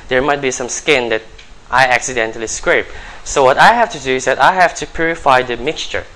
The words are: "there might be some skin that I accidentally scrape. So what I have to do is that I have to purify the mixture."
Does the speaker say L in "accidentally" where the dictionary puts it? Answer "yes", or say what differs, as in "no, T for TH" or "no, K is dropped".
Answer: yes